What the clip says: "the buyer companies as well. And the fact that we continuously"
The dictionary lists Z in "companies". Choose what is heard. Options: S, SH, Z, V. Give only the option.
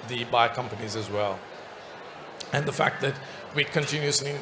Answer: Z